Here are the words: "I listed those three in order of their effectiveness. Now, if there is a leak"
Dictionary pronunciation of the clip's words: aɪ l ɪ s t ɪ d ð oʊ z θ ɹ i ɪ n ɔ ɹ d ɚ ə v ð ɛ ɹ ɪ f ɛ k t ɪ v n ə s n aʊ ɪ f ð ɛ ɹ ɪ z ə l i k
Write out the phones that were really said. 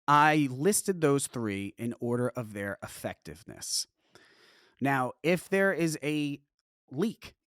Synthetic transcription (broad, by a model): aɪ l ɪ s t ɪ d ð oʊ z θ ɹ i ɪ n ɔ ɹ d ɚ ə v ð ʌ ɹ ɪ f ɛ k t ɪ v n ə s n aʊ ɪ f ð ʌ ɹ ɪ z ə l i k